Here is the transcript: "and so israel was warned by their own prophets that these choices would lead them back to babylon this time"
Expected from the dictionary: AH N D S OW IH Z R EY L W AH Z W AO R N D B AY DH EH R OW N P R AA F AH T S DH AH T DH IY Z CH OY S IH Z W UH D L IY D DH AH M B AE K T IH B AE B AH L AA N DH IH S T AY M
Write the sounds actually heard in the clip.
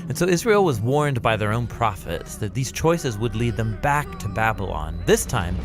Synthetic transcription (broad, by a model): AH N S OW IH Z R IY L W AH Z W AO R N B AY DH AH R OW N P R AA F AH T S DH AH T DH IY Z CH OY S IH Z W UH D L IY D DH AH M B AE K T IH B AE B AH L AA N DH IH S T AY M